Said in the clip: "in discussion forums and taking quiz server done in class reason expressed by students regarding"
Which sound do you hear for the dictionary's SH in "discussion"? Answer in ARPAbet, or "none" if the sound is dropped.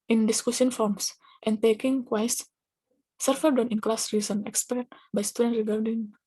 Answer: S